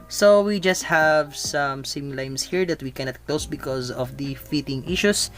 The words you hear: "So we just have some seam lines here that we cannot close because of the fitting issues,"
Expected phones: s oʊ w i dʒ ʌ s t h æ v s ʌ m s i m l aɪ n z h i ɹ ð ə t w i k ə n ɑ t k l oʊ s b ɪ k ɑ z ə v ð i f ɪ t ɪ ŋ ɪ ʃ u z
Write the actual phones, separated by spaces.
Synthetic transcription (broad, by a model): s oʊ w i dʒ ʌ s t h æ v s ʌ m s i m l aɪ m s h i ɹ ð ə t w i k ə n ɑ t k l oʊ s b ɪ k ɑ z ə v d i f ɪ t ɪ ŋ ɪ ʃ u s